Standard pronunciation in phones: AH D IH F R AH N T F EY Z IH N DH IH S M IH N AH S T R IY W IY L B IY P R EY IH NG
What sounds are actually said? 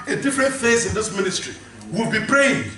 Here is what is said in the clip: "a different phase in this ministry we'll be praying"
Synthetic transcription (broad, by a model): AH D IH F R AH N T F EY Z IH N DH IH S M IH N AH S T R IY W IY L B IY P R EY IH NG